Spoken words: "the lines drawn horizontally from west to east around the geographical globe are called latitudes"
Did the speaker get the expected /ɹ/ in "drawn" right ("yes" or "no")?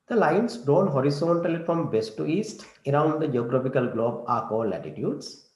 yes